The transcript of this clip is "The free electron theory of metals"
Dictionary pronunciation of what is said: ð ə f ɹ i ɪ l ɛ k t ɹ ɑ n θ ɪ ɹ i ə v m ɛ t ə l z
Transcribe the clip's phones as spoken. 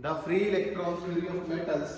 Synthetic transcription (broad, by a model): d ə f ɹ i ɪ l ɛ k t ɹ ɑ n s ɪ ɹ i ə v m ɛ t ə l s